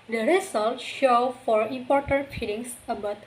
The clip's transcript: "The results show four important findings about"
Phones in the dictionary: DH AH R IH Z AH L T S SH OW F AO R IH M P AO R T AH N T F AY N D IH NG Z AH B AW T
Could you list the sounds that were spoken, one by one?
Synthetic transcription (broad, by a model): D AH R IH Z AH L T SH OW F AO R IH M P AO R T AH N T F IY D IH NG S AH B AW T